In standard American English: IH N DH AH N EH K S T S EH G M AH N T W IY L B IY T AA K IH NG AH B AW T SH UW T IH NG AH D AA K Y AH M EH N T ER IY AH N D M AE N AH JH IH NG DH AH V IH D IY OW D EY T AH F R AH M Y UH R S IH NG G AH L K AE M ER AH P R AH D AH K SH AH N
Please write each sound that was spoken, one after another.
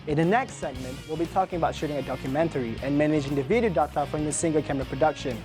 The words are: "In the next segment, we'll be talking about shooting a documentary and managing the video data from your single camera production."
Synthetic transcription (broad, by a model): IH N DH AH N EH K S T S EH G M AH N T W IY L B IY T AA K IH NG AH B AW T SH UW T IH NG AH D AA K Y AH M EH N T ER IY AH N M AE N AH JH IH NG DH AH V IH D IY OW D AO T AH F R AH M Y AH S IH NG G AH L K AE M ER AH P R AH D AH K SH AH N